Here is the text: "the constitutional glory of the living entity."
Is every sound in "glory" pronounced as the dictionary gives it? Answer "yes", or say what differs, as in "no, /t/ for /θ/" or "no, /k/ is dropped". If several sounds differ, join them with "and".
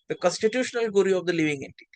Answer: no, /l/ is dropped